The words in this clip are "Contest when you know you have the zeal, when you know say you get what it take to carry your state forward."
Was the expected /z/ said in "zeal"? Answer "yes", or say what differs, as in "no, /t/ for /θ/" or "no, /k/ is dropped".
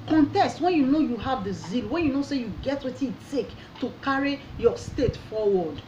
yes